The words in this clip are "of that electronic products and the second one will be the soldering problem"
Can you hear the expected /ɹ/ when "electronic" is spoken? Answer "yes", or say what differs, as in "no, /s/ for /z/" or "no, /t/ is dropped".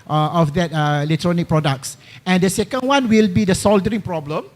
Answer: yes